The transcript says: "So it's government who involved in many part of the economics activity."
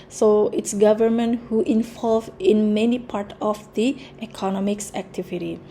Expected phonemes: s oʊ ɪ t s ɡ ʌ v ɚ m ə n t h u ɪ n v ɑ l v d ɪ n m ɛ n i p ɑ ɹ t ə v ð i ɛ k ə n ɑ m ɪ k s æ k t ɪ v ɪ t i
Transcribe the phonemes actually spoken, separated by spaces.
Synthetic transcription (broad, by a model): s oʊ ɪ t s ɡ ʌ v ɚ m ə n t h u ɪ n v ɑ l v ɪ n m ɛ n i p ɑ ɹ t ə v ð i ɛ k ə n ɑ m ɪ k s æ k t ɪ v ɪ t i